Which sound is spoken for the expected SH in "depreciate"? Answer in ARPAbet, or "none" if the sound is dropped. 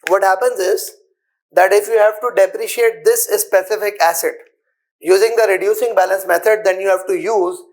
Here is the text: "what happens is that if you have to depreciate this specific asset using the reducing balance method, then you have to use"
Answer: SH